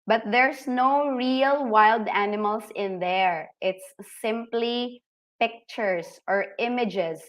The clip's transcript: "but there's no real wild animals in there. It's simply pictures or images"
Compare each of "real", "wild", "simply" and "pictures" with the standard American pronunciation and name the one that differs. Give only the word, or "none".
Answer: pictures